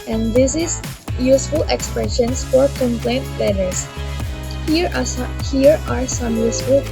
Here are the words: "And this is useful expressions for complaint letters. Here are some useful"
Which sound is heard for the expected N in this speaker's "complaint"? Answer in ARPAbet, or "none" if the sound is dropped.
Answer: N